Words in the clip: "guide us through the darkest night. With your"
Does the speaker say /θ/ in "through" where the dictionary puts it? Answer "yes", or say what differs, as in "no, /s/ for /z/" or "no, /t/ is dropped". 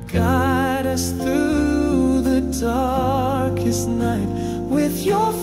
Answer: yes